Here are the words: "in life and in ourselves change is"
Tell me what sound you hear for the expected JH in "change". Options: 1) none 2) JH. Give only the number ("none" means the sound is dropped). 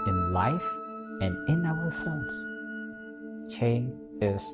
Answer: 1